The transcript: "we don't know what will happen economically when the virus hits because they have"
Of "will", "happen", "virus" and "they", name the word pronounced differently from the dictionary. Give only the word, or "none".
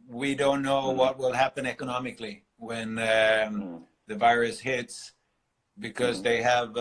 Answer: none